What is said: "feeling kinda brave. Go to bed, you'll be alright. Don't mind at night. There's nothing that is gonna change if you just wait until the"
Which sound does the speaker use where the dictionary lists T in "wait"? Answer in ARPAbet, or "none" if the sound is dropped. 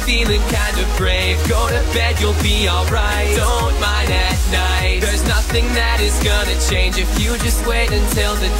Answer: T